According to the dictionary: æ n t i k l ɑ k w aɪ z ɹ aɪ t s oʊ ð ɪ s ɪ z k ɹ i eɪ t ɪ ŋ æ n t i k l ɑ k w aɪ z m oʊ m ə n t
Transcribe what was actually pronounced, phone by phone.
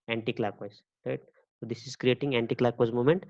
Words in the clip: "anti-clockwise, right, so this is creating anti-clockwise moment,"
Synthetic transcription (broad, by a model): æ n t i k l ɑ k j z ɹ aɪ t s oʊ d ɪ s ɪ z k ɹ i eɪ t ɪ ŋ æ n t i k l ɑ k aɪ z m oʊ m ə n t